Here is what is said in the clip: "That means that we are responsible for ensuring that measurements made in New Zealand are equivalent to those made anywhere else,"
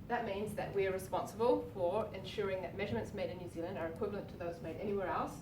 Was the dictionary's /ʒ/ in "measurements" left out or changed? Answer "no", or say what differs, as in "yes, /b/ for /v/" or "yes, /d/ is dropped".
no